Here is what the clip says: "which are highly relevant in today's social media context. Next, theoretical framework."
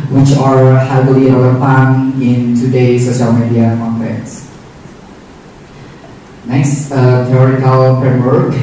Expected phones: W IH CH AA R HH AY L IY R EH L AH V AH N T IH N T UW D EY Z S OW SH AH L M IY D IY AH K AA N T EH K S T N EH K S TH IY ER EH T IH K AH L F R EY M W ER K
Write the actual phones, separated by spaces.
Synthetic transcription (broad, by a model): W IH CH AA R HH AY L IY L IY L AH P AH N IH N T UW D EY S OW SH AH L M IY D IY AH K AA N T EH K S N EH K S T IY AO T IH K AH L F R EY M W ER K